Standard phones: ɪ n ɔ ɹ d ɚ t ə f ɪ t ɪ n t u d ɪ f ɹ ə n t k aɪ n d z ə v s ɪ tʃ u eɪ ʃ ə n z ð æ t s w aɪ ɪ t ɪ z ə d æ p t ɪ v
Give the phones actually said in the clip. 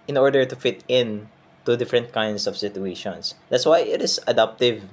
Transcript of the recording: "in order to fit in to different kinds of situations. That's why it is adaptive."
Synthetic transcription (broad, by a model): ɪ n ɔ ɹ d ɚ t ə f ɪ t ɪ n t u d ɪ f ɹ ə n t k aɪ n d s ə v s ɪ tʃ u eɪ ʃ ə n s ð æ t s w aɪ ɪ t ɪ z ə d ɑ p t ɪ v